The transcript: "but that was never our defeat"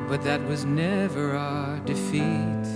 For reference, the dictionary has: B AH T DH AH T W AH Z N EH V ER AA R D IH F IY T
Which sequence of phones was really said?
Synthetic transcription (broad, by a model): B AH T DH AH T W AH Z N EH V ER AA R D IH F IY T